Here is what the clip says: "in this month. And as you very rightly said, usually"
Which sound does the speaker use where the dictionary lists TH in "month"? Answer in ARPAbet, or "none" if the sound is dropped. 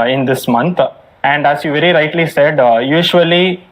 T